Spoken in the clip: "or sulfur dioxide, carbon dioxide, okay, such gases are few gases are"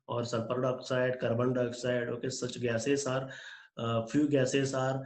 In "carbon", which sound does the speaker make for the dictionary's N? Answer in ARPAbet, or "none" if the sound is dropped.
L